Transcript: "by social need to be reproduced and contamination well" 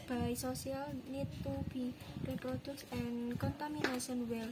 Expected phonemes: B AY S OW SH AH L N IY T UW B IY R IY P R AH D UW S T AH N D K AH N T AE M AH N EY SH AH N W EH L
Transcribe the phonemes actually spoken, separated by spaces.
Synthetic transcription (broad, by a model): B AY S OW S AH L N IY T UW B IY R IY P R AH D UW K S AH N K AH N T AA M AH N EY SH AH N W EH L